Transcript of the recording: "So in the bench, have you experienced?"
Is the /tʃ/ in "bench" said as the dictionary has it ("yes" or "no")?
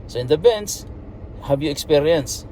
no